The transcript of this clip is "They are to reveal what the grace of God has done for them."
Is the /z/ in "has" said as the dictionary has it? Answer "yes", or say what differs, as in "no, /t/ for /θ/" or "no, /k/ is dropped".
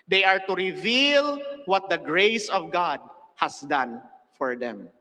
no, /s/ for /z/